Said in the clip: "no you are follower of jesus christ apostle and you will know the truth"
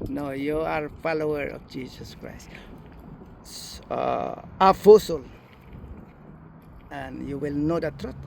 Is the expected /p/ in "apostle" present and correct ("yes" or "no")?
no